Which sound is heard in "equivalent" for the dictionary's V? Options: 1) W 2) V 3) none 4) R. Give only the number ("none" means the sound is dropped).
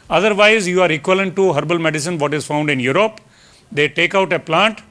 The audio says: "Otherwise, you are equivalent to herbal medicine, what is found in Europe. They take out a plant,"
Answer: 3